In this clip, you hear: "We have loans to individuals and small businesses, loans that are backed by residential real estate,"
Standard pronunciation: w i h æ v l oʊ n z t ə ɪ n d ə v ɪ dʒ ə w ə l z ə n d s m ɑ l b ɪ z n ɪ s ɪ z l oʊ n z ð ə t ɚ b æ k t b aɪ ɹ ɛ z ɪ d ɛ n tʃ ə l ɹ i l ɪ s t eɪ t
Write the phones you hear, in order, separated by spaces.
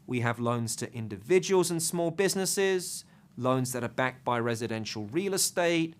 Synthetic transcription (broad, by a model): w i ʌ v l oʊ n z t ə ɪ n d ə v ɪ dʒ ə w ə l z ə n s m ɑ l b ɪ z n ɪ s ɪ z l oʊ n z ð ə t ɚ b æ k b aɪ ɹ ɛ z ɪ d ɛ n ʃ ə l ɹ i l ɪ s t eɪ t